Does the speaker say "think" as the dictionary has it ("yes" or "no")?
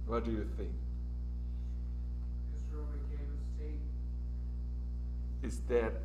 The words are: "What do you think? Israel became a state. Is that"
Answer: yes